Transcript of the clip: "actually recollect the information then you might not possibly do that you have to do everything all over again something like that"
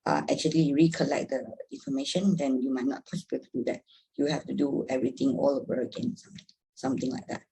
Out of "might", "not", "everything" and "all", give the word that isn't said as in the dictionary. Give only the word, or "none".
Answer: everything